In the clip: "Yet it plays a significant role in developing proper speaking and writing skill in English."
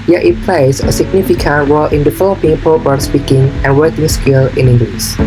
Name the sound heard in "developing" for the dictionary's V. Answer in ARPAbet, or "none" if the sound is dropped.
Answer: F